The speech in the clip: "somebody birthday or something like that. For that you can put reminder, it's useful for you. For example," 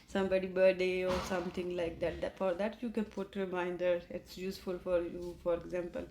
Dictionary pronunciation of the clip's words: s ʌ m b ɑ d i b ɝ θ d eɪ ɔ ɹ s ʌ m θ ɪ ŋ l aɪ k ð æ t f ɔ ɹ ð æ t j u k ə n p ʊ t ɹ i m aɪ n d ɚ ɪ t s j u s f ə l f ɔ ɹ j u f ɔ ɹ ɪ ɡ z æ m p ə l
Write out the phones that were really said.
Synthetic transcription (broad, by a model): s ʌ m b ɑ d i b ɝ d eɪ ɔ ɹ s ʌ m t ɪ ŋ l aɪ k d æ t f ɔ ɹ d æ t j u k ə n p ʊ t ɹ i m aɪ n d ɚ ɪ t s j u s f ə l f ɔ ɹ j u f ɔ ɹ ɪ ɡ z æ m p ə l